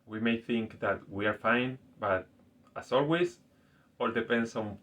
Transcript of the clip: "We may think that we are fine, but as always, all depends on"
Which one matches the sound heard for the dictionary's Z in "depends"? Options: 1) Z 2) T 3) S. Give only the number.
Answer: 3